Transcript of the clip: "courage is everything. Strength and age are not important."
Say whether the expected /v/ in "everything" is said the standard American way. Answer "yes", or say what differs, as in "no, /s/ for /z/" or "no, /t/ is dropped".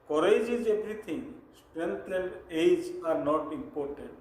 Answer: no, /b/ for /v/